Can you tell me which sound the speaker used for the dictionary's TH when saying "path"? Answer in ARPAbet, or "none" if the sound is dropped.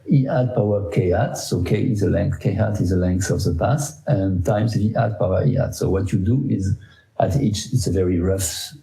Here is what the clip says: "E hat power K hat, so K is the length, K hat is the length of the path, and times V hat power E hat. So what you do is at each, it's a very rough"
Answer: S